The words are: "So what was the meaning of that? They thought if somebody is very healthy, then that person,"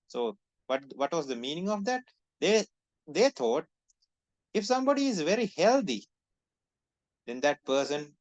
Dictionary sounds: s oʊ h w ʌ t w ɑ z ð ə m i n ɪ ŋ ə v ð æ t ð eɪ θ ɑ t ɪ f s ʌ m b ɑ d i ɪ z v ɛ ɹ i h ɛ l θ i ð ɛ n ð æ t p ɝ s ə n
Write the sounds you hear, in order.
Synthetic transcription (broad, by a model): s oʊ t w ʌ t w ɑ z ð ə m i n ɪ ŋ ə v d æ t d eɪ t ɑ t ɪ f s ʌ m b ɑ d i ɪ z v ɛ ɹ i h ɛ l t i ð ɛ n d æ t p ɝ s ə n